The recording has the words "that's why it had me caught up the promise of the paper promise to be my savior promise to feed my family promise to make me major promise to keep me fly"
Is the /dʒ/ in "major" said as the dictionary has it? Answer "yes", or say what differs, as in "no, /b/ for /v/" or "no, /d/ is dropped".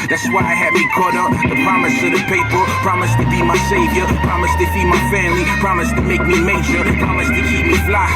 no, /ʃ/ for /dʒ/